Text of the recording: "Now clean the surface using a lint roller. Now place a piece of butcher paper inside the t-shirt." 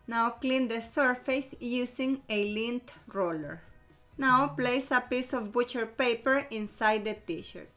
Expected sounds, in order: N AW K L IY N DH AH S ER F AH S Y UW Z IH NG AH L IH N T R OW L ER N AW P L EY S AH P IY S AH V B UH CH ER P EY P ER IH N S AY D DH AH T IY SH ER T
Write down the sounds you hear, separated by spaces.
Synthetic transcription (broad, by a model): N AW K L IY N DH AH S ER F AH S Y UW S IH NG AH L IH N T R OW L ER N AW P L EY S AH P IY S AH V B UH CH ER P EY P ER IH N S AY D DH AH T IY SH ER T